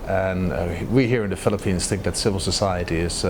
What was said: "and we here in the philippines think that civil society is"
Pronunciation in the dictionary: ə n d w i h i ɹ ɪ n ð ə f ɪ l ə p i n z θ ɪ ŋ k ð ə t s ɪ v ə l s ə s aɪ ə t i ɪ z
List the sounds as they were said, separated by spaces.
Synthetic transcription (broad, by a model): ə n w i h i ɹ ɪ n ð ə f ɪ l ə p i n z θ ɪ ŋ k ð ə t s ɪ v l s ə s aɪ ə t i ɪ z